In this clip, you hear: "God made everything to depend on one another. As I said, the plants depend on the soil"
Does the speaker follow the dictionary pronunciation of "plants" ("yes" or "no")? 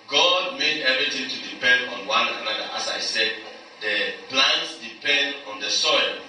no